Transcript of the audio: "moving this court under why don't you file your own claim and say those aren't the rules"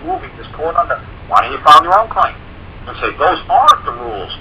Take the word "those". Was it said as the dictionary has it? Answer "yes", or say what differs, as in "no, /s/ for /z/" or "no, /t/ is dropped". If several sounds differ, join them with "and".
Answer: yes